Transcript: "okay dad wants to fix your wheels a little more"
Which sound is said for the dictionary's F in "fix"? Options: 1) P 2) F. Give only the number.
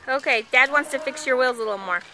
2